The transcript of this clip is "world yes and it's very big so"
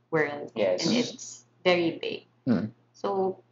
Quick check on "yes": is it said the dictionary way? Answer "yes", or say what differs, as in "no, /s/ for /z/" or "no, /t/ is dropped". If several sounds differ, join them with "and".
no, /s/ is dropped